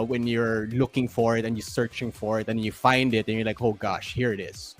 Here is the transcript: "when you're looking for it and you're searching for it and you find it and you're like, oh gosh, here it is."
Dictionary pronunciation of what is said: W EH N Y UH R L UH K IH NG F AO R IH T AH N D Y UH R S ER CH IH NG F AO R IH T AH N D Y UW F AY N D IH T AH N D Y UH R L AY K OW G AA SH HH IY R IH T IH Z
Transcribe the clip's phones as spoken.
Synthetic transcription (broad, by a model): W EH N Y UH R L UH K IH NG F AO R IH T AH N Y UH R S ER CH IH NG F AO R IH T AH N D Y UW F AY N D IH T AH N Y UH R L AY K OW G AA SH HH IY R IH T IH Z